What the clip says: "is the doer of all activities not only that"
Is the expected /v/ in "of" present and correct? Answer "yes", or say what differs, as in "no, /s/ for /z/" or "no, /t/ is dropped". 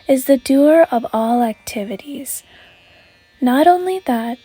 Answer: yes